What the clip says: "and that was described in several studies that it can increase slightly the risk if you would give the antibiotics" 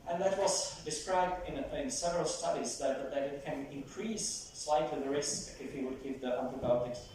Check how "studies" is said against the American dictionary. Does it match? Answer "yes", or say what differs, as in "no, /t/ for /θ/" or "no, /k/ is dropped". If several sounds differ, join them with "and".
yes